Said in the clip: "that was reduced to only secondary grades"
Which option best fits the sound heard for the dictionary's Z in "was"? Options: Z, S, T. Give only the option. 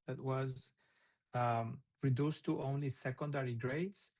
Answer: Z